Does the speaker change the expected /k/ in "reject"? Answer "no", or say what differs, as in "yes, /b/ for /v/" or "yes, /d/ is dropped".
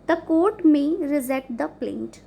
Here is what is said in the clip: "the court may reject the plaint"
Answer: yes, /k/ is dropped